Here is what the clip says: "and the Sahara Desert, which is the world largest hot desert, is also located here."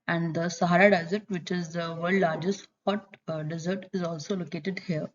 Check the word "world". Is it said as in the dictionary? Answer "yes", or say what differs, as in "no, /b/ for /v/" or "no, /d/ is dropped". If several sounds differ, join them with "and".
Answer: no, /l/ is dropped